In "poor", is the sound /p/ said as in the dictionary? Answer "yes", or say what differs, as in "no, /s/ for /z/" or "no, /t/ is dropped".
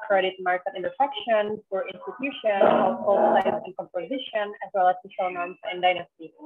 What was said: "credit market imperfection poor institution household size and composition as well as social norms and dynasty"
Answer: no, /f/ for /p/